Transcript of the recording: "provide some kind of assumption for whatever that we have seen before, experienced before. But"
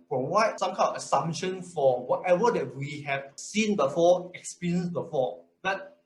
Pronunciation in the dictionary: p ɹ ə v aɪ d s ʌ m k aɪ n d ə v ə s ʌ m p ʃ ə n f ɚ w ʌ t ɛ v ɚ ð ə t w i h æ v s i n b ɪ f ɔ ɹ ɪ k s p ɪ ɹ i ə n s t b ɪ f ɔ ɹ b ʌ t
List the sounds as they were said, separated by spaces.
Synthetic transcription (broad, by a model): p ɹ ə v aɪ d s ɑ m k aɪ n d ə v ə s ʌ m ʃ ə n f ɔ w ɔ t ɛ v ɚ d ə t w i h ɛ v s i n b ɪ f ɔ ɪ k s p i ɹ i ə n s b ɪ f ɔ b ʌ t